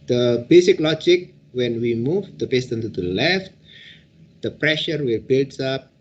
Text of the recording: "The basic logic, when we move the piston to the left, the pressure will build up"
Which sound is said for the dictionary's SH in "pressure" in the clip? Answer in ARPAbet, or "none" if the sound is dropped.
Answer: SH